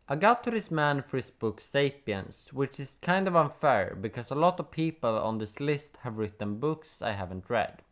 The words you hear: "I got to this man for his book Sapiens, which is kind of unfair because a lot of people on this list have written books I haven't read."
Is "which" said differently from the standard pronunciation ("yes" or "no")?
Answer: no